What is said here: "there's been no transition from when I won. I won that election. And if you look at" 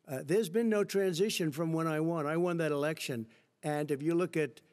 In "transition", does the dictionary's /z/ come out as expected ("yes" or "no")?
yes